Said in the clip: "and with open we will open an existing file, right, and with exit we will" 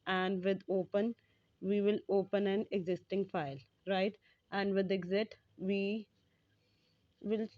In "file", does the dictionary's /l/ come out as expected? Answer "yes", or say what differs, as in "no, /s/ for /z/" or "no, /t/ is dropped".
yes